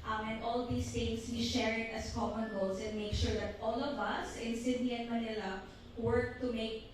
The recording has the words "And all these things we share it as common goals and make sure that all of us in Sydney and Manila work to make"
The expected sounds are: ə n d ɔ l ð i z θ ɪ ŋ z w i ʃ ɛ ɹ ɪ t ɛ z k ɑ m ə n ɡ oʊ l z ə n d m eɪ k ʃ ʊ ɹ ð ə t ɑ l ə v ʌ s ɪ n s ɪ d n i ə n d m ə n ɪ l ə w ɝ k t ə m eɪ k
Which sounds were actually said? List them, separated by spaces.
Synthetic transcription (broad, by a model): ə n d ɔ l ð i s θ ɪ ŋ s w i ʃ ɛ ɹ ɪ t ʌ s k ɑ m ə n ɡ oʊ l s ə n d m eɪ k ʃ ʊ ɹ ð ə t ɑ l ə v ʌ s ɪ n s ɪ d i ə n m ə n ɪ l ə w ɝ k t ə m eɪ k